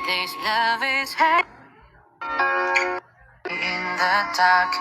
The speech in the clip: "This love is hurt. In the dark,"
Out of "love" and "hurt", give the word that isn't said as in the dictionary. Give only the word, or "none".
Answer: hurt